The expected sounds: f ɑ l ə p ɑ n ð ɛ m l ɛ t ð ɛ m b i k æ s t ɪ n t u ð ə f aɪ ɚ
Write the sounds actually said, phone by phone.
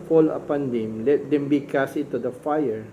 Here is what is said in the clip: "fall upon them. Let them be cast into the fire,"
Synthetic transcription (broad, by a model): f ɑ l ə p ɑ n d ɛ m l ɛ t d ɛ m b i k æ s ɪ t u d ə f aɪ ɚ